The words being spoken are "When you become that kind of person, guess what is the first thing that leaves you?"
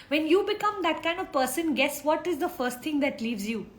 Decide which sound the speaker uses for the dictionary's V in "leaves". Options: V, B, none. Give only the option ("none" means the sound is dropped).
V